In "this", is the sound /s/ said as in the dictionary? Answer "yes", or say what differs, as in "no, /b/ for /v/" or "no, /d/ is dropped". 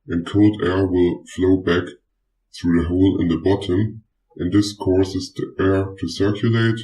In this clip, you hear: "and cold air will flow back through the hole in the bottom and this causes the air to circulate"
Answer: yes